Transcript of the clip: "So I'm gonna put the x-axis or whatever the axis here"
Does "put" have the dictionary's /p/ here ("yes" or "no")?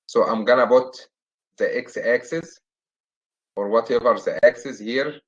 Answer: no